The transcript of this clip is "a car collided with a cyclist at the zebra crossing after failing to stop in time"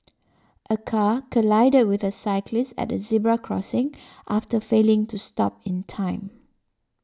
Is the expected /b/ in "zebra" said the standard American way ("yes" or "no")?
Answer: yes